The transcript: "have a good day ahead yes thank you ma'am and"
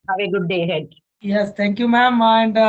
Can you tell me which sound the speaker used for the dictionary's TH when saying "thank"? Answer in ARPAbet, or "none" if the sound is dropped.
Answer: T